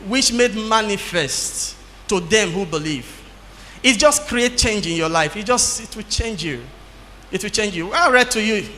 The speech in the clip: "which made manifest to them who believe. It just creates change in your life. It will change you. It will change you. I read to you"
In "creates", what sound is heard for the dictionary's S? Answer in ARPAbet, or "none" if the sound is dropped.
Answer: none